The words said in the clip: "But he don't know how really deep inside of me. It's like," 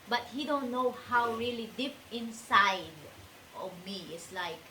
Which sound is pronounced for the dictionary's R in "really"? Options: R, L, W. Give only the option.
R